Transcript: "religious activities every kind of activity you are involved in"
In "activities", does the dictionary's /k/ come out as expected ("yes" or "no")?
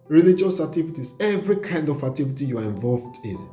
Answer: no